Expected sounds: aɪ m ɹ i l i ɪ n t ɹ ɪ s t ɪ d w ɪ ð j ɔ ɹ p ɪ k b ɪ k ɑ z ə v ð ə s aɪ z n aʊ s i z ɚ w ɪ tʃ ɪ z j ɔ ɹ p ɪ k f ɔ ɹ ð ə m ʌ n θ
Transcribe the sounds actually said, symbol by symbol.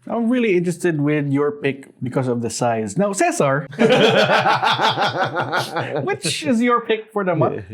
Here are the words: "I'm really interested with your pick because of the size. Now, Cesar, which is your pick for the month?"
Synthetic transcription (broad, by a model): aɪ m ɹ i l i ɪ n t ɹ ɪ s t ɪ d w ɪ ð j ɔ ɹ p ɪ k b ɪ k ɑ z ə v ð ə s aɪ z n aʊ s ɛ s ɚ w ɪ tʃ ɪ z j ɔ ɹ p ɪ k f ɔ ɹ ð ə m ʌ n